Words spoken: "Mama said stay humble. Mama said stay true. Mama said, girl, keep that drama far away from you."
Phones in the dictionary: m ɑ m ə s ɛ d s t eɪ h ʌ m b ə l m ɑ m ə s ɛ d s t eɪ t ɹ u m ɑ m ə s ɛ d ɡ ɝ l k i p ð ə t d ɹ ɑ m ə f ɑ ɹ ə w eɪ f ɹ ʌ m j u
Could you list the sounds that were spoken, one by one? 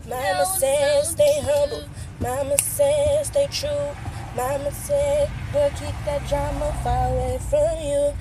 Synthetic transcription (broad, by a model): m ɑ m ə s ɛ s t eɪ h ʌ b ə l m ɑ m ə s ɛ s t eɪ t ɹ u m ɑ m ə s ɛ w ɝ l k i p ð ə t d ɹ ɑ m ə f ɑ ɹ ə w eɪ f ɹ ʌ m j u